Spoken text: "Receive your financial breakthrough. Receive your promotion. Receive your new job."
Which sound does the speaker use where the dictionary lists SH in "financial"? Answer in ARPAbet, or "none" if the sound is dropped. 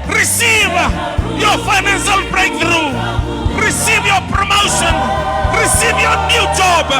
S